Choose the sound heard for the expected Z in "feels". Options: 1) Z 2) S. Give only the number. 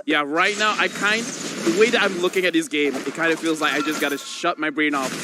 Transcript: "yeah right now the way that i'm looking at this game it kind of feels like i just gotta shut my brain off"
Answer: 1